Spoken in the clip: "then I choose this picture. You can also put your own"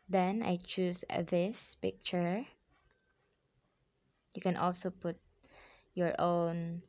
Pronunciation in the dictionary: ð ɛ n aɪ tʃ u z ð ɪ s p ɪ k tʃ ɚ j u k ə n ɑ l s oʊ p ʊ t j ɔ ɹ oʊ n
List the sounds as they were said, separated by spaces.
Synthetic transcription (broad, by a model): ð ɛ n aɪ tʃ u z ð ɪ s p ɪ k tʃ ɚ j u k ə n ɑ l s oʊ p ʊ t j ɔ ɹ oʊ n